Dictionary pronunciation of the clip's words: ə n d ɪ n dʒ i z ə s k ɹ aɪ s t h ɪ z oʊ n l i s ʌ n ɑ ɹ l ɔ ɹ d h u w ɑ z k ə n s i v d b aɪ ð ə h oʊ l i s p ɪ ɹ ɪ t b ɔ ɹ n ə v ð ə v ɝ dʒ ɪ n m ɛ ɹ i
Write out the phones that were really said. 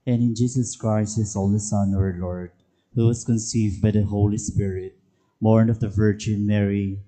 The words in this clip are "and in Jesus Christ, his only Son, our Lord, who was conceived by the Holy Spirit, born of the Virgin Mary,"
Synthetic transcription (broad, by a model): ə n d ɪ n dʒ i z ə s k ɹ aɪ s t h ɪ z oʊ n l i s ʌ n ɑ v l ɔ ɹ d h u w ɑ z k ə n s i v d b aɪ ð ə h oʊ l i s p ɪ ɹ ɪ t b ɔ ɹ n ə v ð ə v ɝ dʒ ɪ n m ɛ ɹ i